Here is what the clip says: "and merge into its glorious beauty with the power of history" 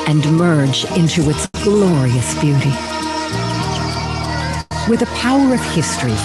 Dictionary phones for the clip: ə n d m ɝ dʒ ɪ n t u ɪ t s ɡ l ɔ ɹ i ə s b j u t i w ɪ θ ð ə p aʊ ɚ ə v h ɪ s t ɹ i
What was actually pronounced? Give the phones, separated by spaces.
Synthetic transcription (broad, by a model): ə n m ɝ dʒ ɪ n t u ɪ t s ɡ l ɔ ɹ i ə s b j u t i w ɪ ð ə p aʊ ɚ ə v h ɪ s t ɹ i